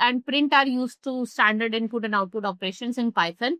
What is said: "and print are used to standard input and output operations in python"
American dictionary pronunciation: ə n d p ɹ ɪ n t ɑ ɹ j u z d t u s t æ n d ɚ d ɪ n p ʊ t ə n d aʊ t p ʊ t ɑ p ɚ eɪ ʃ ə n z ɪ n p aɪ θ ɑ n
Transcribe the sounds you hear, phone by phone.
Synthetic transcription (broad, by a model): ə n d p ɹ ɪ n t ɑ ɹ j u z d t u s t æ n d ɚ d ɪ n p ʊ t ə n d aʊ t p ʊ t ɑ p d eɪ ʃ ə n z ɪ n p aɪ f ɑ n